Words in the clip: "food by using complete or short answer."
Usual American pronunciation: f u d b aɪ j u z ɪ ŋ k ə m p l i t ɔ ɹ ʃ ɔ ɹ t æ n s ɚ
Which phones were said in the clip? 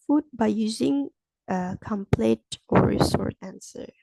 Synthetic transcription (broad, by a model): f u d b aɪ j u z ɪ ŋ k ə m p l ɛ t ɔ ɹ s ɔ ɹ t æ n s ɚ